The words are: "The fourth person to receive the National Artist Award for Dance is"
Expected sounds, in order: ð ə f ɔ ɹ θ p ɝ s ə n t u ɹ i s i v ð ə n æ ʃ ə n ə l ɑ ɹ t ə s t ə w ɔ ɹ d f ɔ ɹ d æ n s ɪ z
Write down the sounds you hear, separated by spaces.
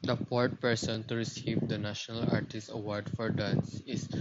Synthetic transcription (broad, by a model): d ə p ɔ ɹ t p ɝ s ə n t u ɹ i s i v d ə n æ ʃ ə n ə l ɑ ɹ t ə s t ə w ɔ ɹ d f ɔ ɹ d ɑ n s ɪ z